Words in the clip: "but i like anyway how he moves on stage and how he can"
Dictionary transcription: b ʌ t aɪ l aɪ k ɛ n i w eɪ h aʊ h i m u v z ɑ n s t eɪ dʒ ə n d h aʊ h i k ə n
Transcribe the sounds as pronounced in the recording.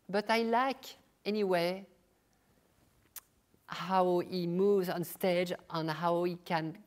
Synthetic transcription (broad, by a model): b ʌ t aɪ l aɪ k ɛ n i w eɪ h aʊ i m u v z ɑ n s t eɪ dʒ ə n h aʊ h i k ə n